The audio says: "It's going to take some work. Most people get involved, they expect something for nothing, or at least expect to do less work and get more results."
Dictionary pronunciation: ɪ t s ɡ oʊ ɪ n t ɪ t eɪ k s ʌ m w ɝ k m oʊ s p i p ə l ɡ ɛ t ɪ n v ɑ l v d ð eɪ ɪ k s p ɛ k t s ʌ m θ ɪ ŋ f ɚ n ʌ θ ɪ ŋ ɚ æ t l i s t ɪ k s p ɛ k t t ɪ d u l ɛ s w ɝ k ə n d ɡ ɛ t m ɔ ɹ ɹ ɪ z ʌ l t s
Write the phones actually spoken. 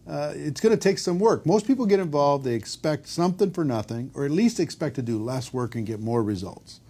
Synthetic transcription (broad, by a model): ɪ t s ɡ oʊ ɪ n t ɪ t eɪ k s ʌ m w ɝ k m oʊ s p i p l ɡ ɛ t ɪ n v ɑ l v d ð eɪ ɪ k s p ɛ k t s ʌ m θ ɪ ŋ f ɚ n ʌ θ ɪ ŋ ɚ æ t l i s t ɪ k s p ɛ k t t ɪ d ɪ l ɛ s w ɝ k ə n ɡ ɛ t m ɔ ɹ ɹ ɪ z ʌ l t s